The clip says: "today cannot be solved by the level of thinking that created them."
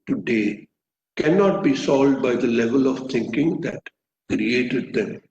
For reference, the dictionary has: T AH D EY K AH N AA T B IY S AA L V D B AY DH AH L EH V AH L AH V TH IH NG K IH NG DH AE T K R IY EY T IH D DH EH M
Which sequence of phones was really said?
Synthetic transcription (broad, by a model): T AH D EY K AH N AA T B IY S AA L D B AY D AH L EH V AH L AH V T IH NG K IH NG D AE T K R IY EY T IH D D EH M